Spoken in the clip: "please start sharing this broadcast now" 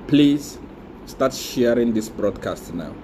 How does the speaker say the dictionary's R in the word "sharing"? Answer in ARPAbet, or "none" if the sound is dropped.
R